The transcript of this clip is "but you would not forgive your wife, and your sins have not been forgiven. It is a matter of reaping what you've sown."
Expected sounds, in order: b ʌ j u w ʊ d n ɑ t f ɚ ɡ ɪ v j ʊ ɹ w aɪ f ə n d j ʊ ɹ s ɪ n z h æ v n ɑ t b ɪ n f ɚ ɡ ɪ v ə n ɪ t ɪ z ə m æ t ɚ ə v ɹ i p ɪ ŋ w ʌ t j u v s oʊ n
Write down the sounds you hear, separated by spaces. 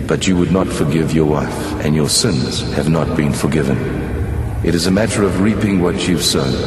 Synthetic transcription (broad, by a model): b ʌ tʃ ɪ w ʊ d n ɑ t f ɚ ɡ ɪ v j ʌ ɹ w aɪ f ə n j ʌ ɹ s ɪ n z h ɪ v n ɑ t b ɪ n f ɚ ɡ ɪ v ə n ɪ t ɪ z ə m æ t ɚ ə v ɹ i p ɪ ŋ w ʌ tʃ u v s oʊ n